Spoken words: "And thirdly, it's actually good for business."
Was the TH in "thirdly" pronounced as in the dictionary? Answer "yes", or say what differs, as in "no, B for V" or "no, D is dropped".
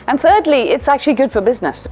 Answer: yes